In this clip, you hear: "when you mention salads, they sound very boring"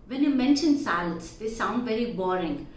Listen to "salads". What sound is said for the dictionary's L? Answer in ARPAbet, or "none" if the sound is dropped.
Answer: none